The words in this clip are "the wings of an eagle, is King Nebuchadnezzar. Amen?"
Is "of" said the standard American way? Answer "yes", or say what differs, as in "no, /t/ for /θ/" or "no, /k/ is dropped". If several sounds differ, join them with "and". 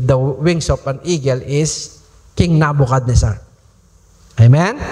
no, /p/ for /v/